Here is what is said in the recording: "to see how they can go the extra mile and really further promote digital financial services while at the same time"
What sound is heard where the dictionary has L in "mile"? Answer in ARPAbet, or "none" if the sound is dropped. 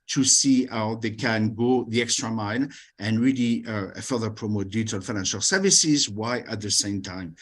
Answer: N